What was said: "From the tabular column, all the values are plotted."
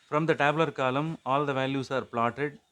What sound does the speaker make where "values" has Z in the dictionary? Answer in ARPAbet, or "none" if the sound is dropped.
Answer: S